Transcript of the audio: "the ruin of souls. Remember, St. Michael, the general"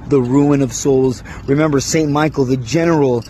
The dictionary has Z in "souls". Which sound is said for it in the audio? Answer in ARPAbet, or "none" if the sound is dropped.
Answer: Z